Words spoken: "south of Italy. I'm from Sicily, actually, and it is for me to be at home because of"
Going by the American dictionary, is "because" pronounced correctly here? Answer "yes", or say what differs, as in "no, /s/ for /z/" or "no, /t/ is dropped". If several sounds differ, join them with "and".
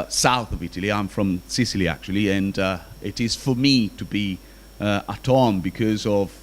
yes